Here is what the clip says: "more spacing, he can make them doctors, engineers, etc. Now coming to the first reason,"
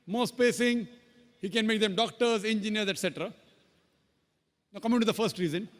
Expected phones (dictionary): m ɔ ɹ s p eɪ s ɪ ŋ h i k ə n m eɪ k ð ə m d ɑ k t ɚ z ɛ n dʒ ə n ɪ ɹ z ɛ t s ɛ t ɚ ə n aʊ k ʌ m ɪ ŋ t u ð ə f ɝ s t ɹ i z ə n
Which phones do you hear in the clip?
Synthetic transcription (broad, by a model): m ɔ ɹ s p eɪ s ɪ ŋ h i k ə n m eɪ k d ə m d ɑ k t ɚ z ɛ n dʒ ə n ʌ ɹ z ɛ t s ɛ t ɚ ə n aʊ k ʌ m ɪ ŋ t u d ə f ɝ s t ɹ i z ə n